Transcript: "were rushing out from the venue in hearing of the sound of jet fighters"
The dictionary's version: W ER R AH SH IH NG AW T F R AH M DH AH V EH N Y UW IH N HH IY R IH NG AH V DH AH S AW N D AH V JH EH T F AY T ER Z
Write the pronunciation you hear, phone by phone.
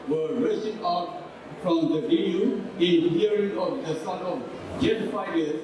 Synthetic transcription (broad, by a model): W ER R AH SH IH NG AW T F R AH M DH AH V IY Y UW IH N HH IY R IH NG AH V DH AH S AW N AH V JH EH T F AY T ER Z